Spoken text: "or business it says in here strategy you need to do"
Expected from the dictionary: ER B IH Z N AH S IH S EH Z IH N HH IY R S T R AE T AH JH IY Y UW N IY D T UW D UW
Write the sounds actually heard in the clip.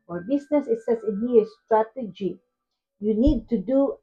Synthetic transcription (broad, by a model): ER B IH S N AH S IH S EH S IH N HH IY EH S T R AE T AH JH IY Y UW N IY D T UW D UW